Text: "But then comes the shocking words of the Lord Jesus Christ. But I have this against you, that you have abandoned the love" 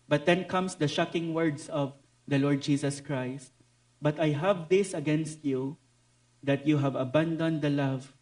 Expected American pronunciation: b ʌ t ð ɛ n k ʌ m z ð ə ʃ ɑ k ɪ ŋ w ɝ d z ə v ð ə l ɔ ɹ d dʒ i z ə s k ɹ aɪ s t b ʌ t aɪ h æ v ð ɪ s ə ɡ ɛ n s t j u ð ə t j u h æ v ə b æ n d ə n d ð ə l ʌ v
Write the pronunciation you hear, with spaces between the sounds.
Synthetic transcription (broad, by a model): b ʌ t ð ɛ n k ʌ m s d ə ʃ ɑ k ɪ ŋ w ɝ d s ə v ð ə l ɔ ɹ d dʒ i s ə s k ɹ aɪ s t b ʌ t aɪ h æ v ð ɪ s ə ɡ ɛ n s t j u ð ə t j u h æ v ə b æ n d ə n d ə l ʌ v